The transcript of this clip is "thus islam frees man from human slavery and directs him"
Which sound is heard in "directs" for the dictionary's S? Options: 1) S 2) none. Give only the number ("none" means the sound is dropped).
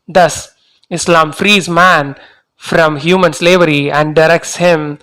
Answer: 1